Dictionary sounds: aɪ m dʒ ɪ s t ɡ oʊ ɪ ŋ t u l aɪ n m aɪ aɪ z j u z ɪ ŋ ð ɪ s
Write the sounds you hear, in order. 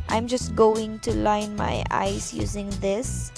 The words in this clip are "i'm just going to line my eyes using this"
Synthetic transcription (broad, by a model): aɪ m dʒ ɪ s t ɡ oʊ ɪ ŋ t u l aɪ n m aɪ aɪ s j u z ɪ ŋ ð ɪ s